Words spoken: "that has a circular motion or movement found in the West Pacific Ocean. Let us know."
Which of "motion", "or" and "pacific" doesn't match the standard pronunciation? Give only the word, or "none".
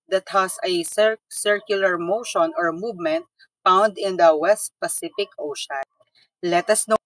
none